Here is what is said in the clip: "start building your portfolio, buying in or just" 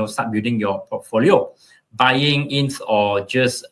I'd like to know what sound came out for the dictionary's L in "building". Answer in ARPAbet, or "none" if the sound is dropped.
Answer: none